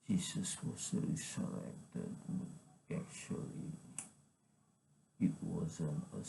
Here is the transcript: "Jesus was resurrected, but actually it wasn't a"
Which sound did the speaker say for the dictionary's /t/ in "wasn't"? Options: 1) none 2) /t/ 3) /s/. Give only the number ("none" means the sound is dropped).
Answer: 1